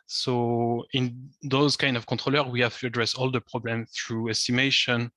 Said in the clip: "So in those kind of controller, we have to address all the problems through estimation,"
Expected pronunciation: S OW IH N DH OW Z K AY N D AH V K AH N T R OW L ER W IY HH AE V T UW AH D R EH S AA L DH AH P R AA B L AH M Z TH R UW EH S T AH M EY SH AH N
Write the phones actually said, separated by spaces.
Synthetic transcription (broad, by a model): S OW IH N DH OW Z K AY N D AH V K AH T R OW L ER W IY HH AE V T UW AH D R EH S AA L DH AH P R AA B L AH M TH R UW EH S T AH M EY SH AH N